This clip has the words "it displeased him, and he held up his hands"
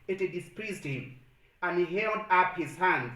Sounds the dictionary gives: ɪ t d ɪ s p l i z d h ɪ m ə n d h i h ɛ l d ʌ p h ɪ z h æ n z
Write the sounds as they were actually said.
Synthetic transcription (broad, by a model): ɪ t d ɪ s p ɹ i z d h ɪ m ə n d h i h ɛ l d ʌ p h ɪ z h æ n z